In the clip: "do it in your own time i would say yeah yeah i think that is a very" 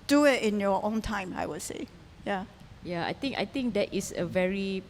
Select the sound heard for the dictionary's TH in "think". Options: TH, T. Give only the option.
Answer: T